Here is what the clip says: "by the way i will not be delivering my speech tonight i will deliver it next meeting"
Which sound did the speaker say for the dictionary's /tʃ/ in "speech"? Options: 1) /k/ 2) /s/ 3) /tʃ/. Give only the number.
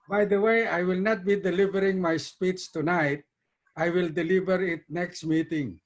2